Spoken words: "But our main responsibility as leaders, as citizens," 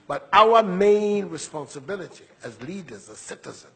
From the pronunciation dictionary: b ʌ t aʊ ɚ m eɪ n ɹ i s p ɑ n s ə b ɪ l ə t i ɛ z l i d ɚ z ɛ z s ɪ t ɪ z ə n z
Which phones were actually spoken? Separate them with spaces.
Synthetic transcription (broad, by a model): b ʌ t aʊ ɚ m eɪ n ɹ i s p ɑ n s ə b ɪ l ə t i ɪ z l i d ɚ z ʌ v s ɪ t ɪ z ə n